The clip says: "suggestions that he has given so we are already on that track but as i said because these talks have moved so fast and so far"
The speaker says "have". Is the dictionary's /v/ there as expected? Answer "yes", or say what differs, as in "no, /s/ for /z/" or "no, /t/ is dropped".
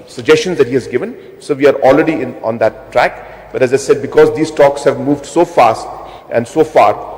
yes